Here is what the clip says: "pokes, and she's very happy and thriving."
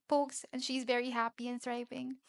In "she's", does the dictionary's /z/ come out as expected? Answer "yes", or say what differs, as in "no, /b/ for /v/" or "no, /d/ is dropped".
yes